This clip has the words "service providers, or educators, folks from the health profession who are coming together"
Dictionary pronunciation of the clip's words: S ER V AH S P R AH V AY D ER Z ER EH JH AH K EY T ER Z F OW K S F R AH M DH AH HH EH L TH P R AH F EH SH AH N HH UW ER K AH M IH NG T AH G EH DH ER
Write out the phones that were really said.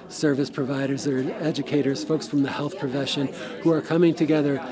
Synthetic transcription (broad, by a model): S ER V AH S P R AH V AY D ER Z ER EH JH AH K EY T ER Z F OW K S F R AH M DH AH HH EH L TH P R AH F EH SH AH N HH UW ER K AH M IH NG T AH G EH DH ER